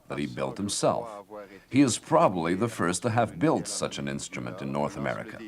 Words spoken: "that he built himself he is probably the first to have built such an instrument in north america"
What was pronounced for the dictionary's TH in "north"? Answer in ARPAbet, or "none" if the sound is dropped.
TH